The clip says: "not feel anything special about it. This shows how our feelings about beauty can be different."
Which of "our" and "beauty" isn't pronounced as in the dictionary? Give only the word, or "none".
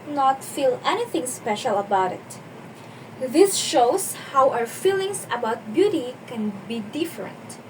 our